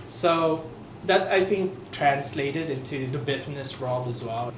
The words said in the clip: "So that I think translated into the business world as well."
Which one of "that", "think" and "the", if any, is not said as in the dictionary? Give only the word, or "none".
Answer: none